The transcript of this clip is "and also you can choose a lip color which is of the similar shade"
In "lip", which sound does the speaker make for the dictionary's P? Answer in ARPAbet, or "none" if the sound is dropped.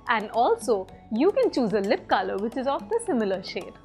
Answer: P